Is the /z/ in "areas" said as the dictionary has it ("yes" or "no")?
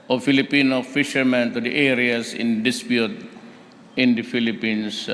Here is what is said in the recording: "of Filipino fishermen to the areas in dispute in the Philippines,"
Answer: no